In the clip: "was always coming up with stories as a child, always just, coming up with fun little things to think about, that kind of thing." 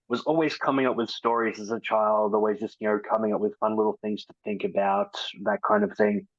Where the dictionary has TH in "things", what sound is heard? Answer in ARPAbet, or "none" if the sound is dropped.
TH